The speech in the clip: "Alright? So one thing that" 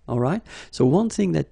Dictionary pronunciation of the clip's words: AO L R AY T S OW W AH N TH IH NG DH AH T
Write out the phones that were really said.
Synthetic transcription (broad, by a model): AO L R AY T S OW W AH N TH IH NG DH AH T